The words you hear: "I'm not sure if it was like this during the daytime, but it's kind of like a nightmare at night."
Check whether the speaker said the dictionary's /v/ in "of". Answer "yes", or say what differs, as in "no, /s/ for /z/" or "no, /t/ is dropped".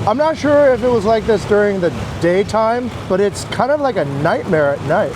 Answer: yes